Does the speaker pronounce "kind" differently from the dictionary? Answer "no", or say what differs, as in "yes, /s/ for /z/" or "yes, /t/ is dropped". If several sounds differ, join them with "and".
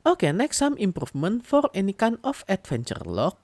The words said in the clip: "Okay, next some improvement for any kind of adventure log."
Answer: yes, /d/ is dropped